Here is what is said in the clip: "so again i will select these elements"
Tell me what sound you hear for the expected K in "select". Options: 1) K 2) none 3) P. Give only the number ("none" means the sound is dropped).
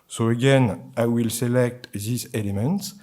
1